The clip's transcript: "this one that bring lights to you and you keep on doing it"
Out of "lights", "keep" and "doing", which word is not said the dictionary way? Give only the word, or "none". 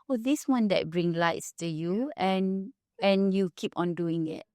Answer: none